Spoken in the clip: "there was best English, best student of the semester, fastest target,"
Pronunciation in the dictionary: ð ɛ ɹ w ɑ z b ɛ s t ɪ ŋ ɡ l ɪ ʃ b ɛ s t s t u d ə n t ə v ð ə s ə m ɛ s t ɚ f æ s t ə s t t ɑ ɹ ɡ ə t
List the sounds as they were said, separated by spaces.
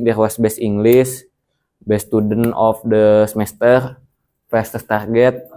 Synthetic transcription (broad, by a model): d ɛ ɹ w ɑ s b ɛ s i ŋ ɡ l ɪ s b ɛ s s t u d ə n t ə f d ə s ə m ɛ s t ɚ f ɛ s t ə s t t ɑ ɹ ɡ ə t